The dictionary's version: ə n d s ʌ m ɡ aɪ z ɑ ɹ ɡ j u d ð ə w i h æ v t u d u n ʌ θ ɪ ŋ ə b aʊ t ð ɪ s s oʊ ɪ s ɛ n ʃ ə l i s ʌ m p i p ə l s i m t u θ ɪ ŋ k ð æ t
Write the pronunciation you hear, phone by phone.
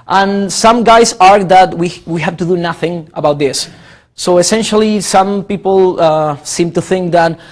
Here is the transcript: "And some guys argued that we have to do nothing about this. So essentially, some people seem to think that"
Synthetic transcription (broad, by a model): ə n s ʌ m ɡ aɪ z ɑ ɹ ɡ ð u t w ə w i h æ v t u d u n ʌ θ ɪ ŋ ə b aʊ t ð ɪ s s oʊ ɪ s ɛ n ʃ ə l i s ʌ m p i p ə s i m t u θ ɪ ŋ k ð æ t